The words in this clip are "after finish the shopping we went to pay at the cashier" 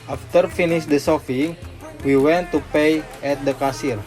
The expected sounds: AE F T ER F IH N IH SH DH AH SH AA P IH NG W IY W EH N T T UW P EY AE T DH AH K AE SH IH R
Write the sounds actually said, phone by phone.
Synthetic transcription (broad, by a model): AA F T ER F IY N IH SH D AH S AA F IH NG W IY W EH N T T UW P EY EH T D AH K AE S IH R